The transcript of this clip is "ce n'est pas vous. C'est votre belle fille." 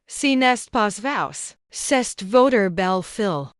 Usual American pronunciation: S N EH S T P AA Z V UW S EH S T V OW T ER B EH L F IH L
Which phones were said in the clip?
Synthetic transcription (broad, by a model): S N EH S T P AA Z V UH S EH S T V OW T ER B EH L F IH L